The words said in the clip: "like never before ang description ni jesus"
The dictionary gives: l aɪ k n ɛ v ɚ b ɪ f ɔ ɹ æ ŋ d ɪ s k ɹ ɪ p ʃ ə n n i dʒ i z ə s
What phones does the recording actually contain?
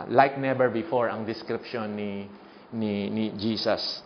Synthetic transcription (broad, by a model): l aɪ k n ɛ b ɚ b ɪ f ɔ ɹ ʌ ŋ d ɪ s k ɹ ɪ p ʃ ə n n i dʒ i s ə s